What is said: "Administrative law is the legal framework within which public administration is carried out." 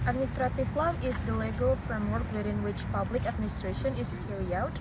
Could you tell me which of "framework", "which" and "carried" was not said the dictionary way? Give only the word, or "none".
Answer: carried